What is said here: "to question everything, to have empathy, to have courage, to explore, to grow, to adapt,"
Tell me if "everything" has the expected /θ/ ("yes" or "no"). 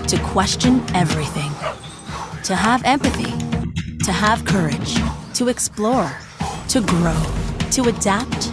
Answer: yes